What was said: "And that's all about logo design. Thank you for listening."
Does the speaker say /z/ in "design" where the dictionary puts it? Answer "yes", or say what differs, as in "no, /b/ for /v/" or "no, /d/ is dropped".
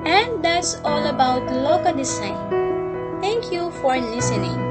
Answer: no, /s/ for /z/